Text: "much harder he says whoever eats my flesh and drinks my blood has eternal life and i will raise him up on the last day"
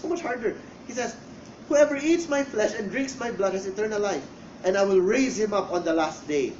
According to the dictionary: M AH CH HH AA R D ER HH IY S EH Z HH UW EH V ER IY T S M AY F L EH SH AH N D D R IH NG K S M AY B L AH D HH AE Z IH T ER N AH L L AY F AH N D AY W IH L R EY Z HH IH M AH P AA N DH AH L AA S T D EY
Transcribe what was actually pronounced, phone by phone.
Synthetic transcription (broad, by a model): M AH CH HH AA R D ER HH IY S EH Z HH UW EH V ER IY T S M AY F L EH SH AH N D D R IH NG K S M AY B L AH D HH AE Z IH T ER N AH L L AY F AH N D AY W IH L R EY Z HH IH M AH P AA N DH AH L AA S T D EY